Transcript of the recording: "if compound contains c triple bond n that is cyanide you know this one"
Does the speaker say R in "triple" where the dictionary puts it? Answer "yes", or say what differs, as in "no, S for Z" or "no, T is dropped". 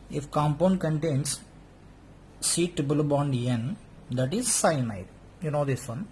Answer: no, R is dropped